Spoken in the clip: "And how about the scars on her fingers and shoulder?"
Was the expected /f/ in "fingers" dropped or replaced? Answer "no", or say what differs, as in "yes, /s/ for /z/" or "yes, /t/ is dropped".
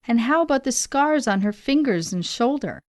no